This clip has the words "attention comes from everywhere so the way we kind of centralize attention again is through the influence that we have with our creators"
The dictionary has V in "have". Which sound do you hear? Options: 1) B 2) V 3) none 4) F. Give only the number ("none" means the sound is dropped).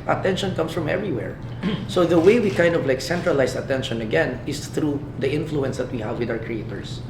2